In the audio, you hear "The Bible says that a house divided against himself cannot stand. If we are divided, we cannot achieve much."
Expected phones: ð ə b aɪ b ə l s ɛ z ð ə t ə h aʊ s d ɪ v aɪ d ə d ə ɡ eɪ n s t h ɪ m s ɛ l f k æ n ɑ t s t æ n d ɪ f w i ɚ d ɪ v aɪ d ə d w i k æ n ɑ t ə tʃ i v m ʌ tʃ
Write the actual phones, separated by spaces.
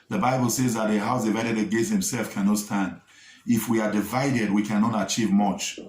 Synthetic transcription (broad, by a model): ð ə b aɪ b ə l s ɛ z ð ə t ə h aʊ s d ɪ v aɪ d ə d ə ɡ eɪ s h ɪ m s ɛ l f k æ n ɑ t s t æ n d ɪ f w i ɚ d ɪ v aɪ d ə d w i k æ n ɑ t ə tʃ i v m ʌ tʃ